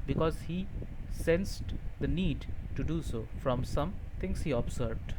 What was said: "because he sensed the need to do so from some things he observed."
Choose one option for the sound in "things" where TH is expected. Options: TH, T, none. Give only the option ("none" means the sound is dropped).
T